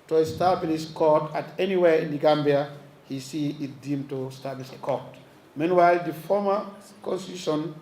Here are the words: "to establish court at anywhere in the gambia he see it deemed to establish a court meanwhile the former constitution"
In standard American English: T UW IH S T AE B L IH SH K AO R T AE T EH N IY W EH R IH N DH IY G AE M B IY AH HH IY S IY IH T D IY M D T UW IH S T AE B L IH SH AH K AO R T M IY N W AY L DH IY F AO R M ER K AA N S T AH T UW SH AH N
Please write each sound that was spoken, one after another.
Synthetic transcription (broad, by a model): T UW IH S T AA B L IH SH K AO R T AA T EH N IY W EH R IH N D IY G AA M B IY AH HH IY S IY IH T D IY M T UW S T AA B L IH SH AH K AO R T M IY N W AY L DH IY F AO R M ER K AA N S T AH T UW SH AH N